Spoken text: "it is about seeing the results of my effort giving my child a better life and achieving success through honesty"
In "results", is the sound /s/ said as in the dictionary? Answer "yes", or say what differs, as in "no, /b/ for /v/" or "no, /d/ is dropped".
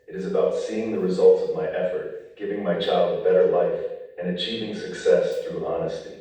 yes